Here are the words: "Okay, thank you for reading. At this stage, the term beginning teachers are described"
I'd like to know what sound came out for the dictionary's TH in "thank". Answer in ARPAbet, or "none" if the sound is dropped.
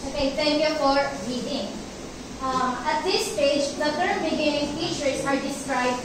T